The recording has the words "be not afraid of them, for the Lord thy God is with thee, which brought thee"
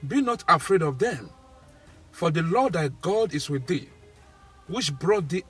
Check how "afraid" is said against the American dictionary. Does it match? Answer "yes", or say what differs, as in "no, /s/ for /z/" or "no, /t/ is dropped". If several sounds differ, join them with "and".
yes